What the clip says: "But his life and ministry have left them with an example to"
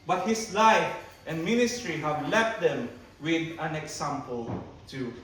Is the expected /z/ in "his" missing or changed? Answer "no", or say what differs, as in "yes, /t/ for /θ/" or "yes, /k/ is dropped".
yes, /s/ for /z/